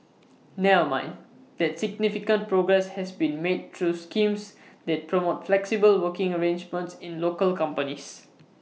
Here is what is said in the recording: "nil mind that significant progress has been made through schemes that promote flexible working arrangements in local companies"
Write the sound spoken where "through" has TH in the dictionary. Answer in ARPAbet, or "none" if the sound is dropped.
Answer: T